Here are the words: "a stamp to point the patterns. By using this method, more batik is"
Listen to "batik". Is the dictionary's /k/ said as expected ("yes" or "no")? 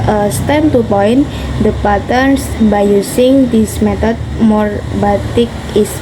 yes